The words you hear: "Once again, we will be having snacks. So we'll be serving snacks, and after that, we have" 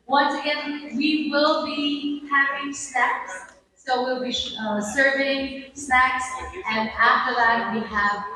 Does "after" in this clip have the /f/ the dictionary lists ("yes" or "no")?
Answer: yes